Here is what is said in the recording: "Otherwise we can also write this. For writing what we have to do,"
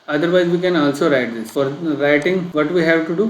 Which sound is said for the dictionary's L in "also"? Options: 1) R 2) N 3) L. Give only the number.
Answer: 3